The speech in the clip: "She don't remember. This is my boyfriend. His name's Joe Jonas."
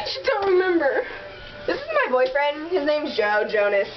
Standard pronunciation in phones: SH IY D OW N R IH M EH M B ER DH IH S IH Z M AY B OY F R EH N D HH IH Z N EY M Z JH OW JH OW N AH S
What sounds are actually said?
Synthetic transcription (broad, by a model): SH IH D OW N R IH M EH M B ER DH IH S IH Z M AY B OY F R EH N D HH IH Z N EY M Z JH OW JH OW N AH S